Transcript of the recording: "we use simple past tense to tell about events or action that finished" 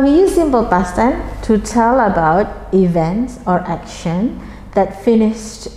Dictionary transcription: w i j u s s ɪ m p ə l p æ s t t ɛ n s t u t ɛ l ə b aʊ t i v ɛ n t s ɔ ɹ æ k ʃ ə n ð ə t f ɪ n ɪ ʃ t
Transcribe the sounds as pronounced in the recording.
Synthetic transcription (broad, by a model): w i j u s s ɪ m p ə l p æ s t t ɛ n t u t ɛ l ə b aʊ t i v ɛ n t s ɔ ɹ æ k ʃ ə n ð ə t f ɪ n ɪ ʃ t